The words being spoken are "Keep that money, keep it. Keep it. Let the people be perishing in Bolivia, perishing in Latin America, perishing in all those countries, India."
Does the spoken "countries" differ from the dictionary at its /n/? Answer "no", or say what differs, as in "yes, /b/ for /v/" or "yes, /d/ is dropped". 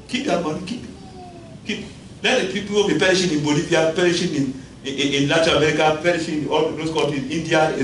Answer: yes, /n/ is dropped